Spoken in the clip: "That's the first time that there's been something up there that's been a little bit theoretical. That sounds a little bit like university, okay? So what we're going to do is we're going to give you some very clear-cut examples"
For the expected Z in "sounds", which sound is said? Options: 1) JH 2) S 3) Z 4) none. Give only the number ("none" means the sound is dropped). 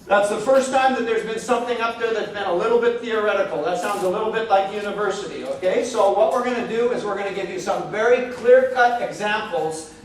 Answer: 3